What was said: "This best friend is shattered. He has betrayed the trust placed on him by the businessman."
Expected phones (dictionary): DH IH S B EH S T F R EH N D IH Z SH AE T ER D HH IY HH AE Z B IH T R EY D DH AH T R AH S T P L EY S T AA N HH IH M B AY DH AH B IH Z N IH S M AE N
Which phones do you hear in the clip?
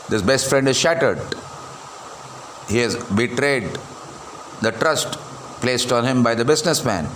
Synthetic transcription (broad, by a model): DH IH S B EH S T F R EH N D IH Z SH AE T ER D HH IY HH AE Z B IH T R EY D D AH T R AH S T P L EY S T AA N HH IH M B AY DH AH B IH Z N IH S M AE N